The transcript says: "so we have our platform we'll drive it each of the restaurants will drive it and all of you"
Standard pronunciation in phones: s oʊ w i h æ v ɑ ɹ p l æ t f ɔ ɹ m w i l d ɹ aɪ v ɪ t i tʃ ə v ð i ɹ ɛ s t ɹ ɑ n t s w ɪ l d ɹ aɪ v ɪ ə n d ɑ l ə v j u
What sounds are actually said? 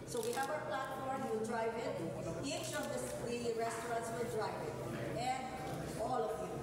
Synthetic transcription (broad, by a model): s oʊ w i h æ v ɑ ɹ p l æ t f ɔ ɹ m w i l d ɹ aɪ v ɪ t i ʃ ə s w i ɹ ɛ s t ɹ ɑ n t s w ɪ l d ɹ aɪ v ɪ ə n d ɑ l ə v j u